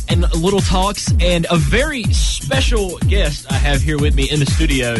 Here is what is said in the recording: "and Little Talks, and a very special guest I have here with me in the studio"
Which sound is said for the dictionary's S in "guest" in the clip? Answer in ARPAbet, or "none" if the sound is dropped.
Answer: S